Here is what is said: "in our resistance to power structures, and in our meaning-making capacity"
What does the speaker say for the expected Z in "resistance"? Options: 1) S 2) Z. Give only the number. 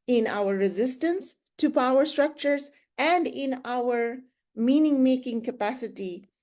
2